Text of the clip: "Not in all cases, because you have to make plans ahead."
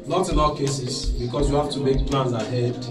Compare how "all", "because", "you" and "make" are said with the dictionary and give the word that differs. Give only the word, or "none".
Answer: because